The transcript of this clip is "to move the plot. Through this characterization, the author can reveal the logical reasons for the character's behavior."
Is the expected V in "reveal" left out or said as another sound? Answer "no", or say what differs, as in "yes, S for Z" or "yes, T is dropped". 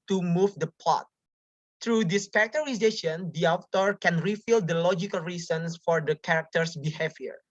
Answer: yes, F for V